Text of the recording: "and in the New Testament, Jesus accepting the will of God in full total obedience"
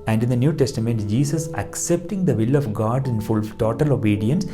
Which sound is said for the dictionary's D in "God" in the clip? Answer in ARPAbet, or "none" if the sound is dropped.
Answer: D